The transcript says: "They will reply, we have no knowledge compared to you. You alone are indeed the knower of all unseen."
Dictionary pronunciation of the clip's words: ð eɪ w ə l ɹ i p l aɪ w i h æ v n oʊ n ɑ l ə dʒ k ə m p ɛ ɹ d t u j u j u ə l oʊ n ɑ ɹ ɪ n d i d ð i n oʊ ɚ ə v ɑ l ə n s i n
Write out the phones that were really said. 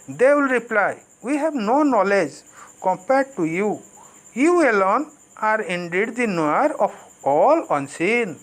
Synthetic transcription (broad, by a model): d eɪ w ə l ɹ i p l aɪ w i h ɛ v n oʊ n ɑ l ə dʒ k ə m p ɛ ɹ d t u j u j u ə l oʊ n ɑ ɹ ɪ n d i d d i n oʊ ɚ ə p ɑ l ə n s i n